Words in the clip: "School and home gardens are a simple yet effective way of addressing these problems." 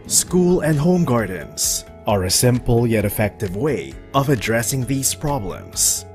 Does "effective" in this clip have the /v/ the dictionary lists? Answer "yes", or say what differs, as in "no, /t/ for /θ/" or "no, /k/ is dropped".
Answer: yes